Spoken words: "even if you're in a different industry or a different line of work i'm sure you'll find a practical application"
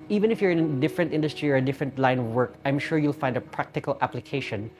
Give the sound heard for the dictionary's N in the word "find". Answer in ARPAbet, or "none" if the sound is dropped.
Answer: N